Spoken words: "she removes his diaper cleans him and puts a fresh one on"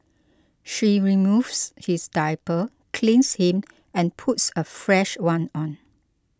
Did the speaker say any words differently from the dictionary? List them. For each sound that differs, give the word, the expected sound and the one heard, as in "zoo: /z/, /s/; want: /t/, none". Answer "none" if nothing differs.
removes: /z/, /s/; his: /z/, /s/; cleans: /z/, /s/